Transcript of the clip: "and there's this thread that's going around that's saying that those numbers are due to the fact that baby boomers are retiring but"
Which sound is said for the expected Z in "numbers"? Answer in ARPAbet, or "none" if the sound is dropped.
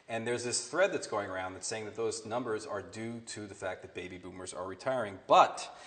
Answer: Z